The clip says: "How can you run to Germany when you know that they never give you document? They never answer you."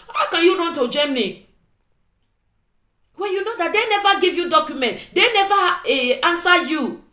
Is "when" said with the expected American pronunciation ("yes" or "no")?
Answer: no